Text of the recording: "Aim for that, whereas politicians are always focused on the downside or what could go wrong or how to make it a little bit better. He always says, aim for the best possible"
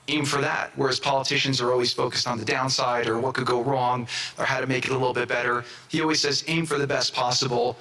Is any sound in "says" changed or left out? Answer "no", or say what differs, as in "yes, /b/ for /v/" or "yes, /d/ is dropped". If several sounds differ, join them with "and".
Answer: no